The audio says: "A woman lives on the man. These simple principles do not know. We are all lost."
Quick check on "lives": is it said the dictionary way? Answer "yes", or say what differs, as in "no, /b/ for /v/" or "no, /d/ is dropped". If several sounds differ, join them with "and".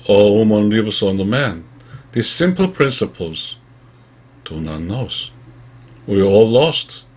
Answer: no, /s/ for /z/